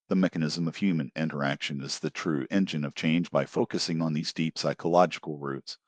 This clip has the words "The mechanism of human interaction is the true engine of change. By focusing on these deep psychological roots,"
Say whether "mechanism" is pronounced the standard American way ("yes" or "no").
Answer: yes